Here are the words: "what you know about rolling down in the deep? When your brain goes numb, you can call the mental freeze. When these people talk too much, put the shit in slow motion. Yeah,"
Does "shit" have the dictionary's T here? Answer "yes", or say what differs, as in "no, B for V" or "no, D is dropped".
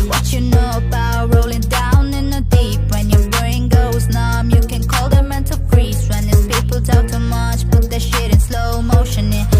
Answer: yes